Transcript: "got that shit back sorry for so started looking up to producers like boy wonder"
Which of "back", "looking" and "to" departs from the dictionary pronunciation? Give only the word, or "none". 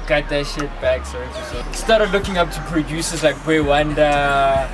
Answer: none